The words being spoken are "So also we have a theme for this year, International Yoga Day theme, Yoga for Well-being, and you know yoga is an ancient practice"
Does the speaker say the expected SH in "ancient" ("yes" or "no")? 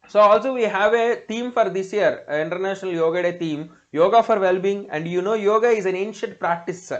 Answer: yes